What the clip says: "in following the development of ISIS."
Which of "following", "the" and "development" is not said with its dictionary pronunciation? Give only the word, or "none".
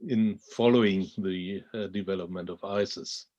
none